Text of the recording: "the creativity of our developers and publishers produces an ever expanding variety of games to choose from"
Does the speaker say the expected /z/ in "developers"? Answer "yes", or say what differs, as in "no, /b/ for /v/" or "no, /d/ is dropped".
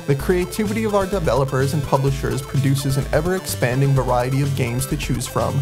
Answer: yes